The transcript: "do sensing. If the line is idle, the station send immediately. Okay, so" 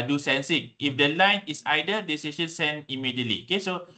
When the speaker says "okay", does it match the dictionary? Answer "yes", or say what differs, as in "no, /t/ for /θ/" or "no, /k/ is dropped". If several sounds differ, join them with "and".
yes